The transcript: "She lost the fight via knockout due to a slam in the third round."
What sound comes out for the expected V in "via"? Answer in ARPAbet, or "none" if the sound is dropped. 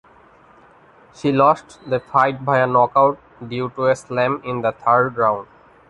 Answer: B